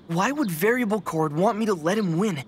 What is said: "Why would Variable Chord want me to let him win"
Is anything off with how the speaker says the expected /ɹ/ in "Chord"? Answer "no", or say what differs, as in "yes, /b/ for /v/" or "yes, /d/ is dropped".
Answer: no